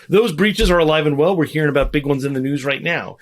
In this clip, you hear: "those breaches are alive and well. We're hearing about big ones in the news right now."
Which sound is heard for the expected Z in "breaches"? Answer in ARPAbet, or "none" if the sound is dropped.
Z